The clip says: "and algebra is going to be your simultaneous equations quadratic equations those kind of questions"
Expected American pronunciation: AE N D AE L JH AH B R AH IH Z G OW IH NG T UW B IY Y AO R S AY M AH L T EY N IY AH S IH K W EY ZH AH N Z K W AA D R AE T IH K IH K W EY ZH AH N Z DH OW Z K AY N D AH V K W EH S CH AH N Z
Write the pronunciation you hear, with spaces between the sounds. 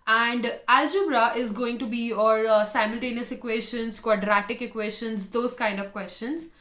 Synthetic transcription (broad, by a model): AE N D AE L JH AH B R AH IH Z G OW IH NG T UW B IY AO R S AY M AH L T EY N IY AH S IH K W EY SH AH N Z K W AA D R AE T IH K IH K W EY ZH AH N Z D OW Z K AY N D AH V K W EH S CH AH N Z